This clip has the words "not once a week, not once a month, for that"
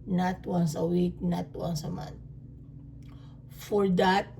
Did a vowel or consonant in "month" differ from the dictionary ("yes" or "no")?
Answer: yes